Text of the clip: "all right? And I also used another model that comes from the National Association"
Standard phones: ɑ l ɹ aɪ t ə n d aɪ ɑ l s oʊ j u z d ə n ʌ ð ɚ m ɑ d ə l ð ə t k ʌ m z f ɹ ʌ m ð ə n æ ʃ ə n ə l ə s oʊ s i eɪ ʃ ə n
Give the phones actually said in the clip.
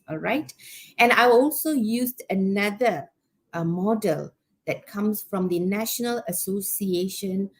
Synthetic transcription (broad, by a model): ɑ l ɹ aɪ t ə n aɪ ɑ l s oʊ j u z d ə n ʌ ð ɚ m ɑ d ə l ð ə t k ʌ m s f ɹ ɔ m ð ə n æ ʃ ə n ə l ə s oʊ s i eɪ ʃ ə n